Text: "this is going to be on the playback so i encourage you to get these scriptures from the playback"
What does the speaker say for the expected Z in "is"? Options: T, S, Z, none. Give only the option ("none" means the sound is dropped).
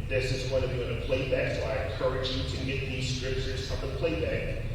Z